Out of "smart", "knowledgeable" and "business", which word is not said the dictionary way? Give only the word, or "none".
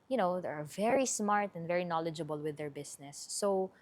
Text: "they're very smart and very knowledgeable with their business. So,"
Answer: business